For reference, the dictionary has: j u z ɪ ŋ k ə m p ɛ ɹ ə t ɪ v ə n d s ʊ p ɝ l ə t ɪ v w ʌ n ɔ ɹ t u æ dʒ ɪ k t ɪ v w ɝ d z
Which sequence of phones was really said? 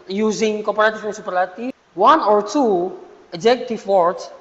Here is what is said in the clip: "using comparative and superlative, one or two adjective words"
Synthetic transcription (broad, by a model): j u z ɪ ŋ k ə p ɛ ɹ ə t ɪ f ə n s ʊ p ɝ l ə t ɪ w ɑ n ɔ ɹ t u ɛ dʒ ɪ k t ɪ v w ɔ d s